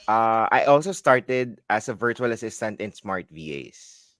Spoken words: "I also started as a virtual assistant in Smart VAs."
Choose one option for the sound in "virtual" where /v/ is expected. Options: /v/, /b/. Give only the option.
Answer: /v/